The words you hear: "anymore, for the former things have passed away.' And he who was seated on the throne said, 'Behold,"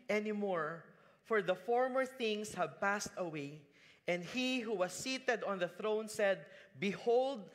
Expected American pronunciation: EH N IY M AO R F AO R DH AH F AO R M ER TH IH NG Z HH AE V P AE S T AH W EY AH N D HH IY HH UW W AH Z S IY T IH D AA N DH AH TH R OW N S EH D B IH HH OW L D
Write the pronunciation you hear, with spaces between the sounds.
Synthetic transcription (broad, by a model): EH N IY M AO R F AO R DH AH F AO R M ER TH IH NG S HH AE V P AE S T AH W EY AH N D HH IY HH UW W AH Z S IY T IH D AA N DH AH TH R OW N S EH D B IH HH OW L D